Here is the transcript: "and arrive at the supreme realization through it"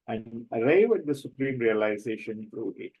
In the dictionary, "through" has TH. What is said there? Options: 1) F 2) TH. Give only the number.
1